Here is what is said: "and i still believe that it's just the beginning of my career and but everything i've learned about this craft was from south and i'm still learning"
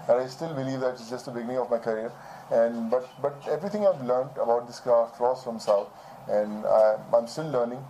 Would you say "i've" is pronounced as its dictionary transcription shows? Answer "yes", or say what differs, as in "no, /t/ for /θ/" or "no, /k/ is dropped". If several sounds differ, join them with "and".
yes